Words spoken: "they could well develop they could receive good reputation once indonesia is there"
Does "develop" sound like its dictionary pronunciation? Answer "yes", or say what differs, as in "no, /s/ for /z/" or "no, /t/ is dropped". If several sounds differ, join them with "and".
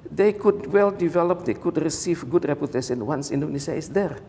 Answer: yes